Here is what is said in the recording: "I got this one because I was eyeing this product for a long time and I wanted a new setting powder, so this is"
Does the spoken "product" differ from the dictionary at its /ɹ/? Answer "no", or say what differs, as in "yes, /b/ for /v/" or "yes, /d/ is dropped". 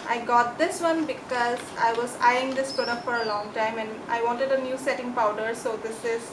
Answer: yes, /ɹ/ is dropped